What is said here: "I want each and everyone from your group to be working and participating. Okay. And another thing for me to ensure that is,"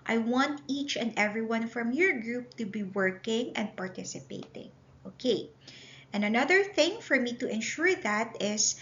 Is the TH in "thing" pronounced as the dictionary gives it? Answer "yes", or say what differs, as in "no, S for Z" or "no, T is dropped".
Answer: yes